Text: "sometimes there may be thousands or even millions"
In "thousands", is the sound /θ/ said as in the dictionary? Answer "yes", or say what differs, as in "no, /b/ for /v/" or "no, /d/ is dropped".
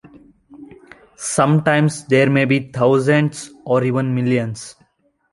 no, /t/ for /θ/